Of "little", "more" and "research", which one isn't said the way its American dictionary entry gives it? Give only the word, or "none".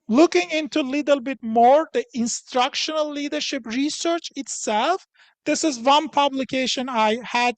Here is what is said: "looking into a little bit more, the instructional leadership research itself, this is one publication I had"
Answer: none